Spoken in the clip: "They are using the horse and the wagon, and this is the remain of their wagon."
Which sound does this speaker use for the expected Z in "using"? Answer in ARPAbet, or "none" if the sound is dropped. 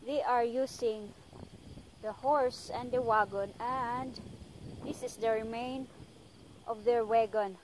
S